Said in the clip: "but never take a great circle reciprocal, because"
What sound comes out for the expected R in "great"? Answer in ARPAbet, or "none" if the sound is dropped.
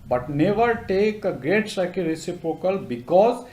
R